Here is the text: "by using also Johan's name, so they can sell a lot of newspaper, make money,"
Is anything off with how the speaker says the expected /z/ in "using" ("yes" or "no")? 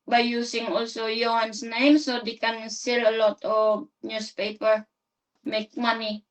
yes